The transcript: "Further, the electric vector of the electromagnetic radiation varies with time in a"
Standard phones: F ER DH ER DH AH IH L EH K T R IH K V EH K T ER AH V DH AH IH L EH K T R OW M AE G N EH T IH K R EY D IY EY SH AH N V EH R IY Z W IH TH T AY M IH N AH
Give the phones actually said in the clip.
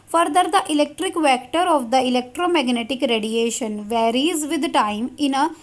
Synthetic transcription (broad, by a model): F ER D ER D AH IH L EH K T R IH K V EH K T ER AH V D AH IH L EH K T R OW M AE G N EH T IH K R EY D IY EY SH AH N V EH R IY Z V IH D T AY M IH N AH